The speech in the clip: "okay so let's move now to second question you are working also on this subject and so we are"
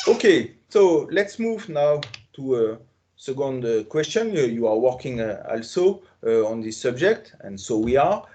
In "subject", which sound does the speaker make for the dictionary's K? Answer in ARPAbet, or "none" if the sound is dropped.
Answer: K